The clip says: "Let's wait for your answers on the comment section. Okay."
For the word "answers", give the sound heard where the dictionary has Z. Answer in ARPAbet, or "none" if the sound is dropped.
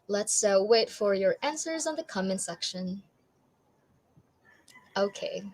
Z